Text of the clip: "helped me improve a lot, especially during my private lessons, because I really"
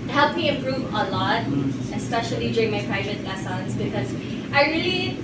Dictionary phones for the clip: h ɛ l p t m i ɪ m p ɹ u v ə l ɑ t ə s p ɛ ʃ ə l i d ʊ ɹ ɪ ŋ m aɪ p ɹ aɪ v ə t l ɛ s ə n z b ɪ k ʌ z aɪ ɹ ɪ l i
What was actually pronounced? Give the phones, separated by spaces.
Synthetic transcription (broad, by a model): h ɛ l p m i ɪ m p ɹ u v ə l ɑ t ə s p ɛ ʃ ə l i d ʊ ɹ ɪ ŋ m aɪ p ɹ aɪ v ə t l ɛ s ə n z b ɪ k ʌ z aɪ ɹ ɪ l i